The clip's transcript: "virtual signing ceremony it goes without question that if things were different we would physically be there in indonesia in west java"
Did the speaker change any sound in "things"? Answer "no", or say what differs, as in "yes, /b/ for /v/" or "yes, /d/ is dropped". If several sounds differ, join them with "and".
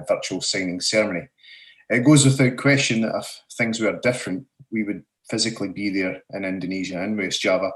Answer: no